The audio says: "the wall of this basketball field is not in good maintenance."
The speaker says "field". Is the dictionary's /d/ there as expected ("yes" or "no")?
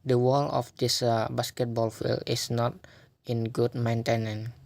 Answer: no